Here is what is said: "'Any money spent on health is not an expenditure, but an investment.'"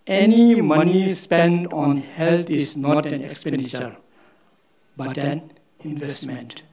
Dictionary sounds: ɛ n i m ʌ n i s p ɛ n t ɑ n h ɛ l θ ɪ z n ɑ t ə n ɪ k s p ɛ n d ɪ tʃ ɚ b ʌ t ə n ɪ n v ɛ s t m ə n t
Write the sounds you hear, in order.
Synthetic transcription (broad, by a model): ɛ n i m ʌ n i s p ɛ n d ɑ n h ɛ l t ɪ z n ɑ t ə n ɪ k s p ɛ n d ɪ tʃ ɚ b ʌ t ə n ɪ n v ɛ s t m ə n t